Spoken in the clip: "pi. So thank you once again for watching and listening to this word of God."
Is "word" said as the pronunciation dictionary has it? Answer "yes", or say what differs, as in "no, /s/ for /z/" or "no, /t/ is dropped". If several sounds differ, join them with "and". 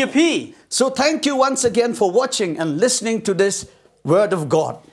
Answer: yes